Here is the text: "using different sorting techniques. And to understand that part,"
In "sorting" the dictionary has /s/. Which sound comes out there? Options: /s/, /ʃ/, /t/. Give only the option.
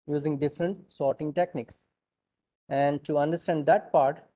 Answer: /s/